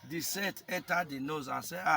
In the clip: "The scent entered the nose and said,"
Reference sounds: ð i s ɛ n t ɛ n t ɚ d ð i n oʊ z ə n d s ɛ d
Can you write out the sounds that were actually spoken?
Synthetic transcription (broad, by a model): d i s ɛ t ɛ n t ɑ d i n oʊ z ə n s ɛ